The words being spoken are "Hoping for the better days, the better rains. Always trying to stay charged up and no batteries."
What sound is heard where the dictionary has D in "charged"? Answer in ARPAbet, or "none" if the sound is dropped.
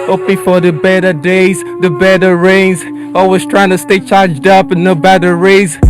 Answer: D